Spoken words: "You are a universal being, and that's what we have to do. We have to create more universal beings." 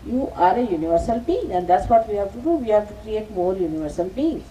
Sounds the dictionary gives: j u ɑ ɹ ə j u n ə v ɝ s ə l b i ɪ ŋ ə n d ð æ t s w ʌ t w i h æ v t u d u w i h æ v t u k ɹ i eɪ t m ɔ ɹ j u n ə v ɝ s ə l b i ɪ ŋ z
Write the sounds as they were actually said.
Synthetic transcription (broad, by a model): j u ɑ ɹ ə j u n ə v ɝ s ə l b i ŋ ə n d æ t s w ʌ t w i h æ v t u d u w i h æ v t u k ɹ i eɪ t m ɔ l j u n ə v ɝ s ə l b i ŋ